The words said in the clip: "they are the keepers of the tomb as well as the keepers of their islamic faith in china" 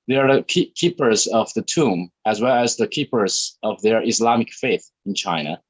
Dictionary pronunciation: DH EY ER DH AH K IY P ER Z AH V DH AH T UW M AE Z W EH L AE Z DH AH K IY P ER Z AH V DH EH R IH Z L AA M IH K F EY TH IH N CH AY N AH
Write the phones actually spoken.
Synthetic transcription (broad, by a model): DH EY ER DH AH K IY P ER Z AH V DH AH T UW M AE Z W EH L AE Z DH AH K IY P ER Z AH V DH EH R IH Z L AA M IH K F EY TH IH N CH AY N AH